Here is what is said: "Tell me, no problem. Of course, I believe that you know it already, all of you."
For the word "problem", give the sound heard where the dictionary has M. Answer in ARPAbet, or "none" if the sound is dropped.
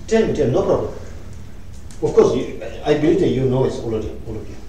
none